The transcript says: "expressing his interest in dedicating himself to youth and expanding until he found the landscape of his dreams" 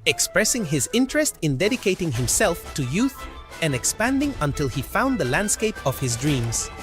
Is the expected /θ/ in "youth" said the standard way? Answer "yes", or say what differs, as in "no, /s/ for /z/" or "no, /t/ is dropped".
yes